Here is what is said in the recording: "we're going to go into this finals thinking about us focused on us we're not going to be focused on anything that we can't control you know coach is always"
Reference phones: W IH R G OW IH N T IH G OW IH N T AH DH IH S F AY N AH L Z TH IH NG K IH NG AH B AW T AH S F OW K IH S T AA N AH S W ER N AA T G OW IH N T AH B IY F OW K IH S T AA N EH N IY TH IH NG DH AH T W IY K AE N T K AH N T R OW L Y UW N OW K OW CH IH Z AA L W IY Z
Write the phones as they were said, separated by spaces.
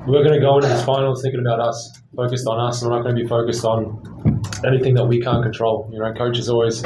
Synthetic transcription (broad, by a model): W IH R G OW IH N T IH G OW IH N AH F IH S F AY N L TH IH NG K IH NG AH B AW T AH S F OW K IH S T N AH S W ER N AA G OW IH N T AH B IY F OW K IH S T N EH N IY TH IH NG DH AH T W IY K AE N K AH N T R OW L Y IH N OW K OW CH IH Z AA L W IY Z